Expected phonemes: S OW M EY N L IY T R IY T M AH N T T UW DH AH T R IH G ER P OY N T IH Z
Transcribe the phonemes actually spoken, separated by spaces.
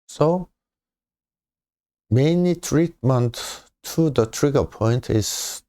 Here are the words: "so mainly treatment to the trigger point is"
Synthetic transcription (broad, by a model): S OW M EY N IY T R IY T M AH N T T UW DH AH T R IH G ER P OY N T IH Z